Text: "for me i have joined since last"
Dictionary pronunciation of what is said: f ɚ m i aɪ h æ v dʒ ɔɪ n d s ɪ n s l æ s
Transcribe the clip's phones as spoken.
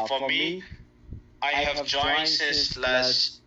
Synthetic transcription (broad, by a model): f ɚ m i aɪ h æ v dʒ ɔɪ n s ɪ s l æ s